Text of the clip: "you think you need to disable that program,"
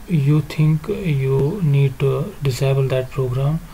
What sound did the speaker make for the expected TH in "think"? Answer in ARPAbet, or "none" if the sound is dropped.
T